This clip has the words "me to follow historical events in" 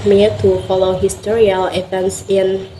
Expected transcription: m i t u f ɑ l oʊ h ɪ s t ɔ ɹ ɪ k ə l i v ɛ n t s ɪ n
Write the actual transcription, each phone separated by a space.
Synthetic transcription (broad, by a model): m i t u f ɑ l oʊ h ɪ s t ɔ ɹ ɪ ə l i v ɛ n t s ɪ n